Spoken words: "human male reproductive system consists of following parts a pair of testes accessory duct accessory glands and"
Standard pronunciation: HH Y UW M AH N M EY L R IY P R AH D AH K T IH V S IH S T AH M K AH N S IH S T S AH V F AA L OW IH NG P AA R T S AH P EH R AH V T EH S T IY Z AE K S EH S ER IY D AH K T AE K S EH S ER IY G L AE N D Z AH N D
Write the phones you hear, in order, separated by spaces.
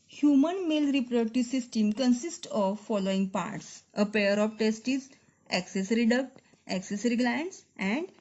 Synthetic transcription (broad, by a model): HH Y UW M AH N M EY L R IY P R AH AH T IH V S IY S T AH M K AH N S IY S T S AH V F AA L OW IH NG P AA R T S AH P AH R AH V T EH S T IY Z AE K S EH S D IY D AH K T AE K S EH S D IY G L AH N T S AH N D